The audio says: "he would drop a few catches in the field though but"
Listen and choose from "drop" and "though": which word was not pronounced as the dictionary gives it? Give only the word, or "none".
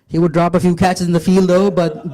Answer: none